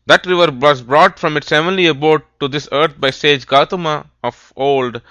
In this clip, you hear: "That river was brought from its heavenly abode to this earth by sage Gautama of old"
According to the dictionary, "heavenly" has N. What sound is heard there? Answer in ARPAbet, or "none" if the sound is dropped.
none